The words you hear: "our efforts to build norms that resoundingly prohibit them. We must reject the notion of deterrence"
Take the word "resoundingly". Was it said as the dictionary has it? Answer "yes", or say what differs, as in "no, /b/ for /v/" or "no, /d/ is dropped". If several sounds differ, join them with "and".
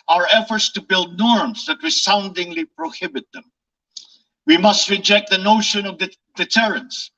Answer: no, /w/ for /ɹ/ and /s/ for /z/